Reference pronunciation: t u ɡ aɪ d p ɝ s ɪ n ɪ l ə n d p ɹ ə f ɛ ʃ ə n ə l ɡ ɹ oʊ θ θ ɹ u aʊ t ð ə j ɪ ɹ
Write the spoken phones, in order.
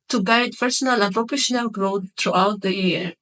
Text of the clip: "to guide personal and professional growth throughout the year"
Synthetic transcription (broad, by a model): t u ɡ aɪ d p ɝ s ɪ n ɪ l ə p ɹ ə p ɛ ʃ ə n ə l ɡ ɹ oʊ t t ɹ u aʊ t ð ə j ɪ ɹ